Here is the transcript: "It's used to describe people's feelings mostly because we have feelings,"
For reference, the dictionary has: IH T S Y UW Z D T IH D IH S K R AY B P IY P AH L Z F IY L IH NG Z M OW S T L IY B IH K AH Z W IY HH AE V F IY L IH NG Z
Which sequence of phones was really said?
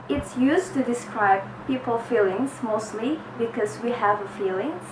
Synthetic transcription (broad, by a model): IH T S Y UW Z T IH D IH S K R AY B P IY P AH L F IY L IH NG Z M OW S T L IY B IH K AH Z W IY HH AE V F IY L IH NG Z